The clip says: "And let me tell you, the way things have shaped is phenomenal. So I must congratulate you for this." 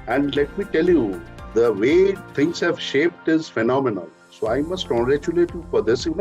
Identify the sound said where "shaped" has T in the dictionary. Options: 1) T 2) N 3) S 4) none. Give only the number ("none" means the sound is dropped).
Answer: 1